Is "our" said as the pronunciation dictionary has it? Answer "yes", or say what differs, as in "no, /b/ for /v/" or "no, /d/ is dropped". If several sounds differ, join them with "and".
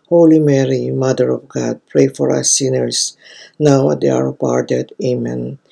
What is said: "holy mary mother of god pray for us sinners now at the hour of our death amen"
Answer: yes